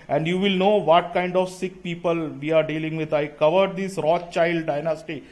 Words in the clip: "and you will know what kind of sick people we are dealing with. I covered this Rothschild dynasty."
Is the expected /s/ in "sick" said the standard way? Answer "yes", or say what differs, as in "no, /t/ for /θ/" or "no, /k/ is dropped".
yes